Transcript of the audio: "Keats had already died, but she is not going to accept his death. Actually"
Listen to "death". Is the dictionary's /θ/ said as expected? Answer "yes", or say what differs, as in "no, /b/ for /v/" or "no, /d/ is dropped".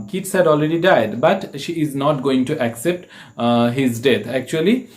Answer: no, /t/ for /θ/